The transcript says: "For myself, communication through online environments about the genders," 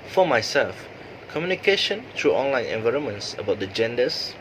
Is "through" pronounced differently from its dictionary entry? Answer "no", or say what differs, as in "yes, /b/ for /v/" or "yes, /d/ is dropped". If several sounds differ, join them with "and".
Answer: yes, /t/ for /θ/